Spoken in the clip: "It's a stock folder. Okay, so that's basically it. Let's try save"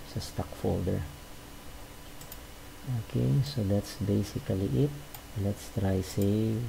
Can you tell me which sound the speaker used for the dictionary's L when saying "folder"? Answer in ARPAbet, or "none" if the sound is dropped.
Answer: L